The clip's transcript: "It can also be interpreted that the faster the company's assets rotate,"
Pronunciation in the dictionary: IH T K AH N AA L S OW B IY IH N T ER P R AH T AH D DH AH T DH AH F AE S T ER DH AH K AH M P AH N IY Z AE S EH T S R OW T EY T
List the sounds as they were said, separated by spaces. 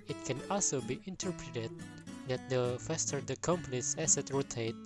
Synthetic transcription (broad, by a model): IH T K AH N AA L S OW B IY IH N T ER P R AH T AH D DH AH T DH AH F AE S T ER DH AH K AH M P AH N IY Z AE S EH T R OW T EY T